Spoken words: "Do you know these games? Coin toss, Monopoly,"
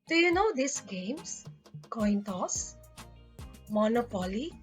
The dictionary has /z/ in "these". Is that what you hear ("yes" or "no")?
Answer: no